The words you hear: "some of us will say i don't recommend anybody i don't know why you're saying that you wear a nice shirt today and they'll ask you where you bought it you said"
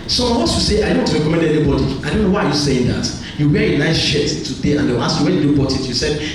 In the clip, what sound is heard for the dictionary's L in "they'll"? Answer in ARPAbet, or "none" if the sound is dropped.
W